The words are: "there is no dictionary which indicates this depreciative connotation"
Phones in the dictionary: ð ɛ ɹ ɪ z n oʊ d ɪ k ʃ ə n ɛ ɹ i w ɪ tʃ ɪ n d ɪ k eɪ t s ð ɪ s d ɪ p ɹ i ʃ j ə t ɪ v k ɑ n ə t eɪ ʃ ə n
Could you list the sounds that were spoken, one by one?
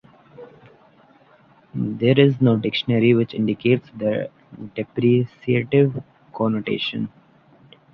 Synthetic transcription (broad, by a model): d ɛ ɹ ɪ z n oʊ d ɪ k ʃ ə n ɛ ɹ i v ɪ tʃ ɪ n d ɪ k eɪ t s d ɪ d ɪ p ɹ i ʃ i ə t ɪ v k ɑ n ə t eɪ ʃ ə n